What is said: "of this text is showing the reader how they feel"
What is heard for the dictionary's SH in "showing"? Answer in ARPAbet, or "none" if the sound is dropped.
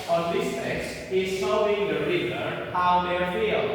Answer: S